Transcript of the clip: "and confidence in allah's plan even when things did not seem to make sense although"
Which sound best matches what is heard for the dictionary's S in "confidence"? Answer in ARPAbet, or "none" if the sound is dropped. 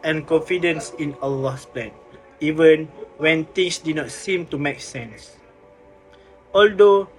S